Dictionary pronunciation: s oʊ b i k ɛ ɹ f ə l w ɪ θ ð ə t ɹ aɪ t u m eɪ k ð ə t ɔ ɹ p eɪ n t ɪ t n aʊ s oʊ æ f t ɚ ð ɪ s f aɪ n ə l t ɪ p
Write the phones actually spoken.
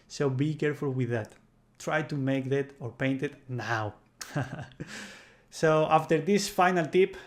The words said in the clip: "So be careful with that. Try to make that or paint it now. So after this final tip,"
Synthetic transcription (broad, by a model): s oʊ b i k ɛ ɹ f ə l w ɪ ð ə t ɹ aɪ t u m eɪ k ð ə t ɔ ɹ p eɪ n t ɪ t n aʊ s oʊ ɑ f t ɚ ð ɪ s f aɪ n ə l t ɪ p